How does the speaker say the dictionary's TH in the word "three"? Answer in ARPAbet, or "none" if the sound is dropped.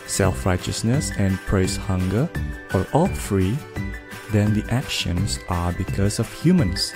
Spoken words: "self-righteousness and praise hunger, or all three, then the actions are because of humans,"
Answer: F